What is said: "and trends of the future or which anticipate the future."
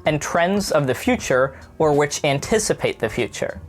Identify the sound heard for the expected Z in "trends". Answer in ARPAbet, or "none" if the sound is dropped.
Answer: Z